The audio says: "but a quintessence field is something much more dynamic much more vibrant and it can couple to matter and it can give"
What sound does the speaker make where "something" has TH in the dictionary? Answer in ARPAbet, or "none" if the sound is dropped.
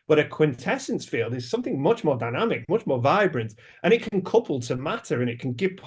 TH